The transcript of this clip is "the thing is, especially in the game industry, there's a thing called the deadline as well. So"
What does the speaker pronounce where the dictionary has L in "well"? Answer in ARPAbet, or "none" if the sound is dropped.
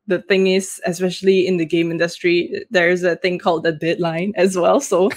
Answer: L